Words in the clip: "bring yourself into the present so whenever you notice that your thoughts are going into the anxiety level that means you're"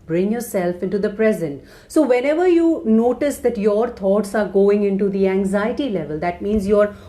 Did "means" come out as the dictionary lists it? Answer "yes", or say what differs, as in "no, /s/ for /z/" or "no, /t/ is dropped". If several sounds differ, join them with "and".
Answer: yes